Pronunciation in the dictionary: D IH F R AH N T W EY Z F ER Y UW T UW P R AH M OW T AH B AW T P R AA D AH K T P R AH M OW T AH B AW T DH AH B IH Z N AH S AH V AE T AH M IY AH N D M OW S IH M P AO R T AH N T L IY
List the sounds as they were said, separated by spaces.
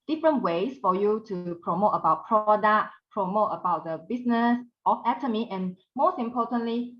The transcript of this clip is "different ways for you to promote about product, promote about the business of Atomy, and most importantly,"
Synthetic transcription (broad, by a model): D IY F R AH N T W EY S F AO Y UW T UW P R AH M OW T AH B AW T P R AA D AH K P R AH M OW T AH B AW T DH AH B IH S N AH S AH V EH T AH M IY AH N M OW S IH M P AO T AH N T L IY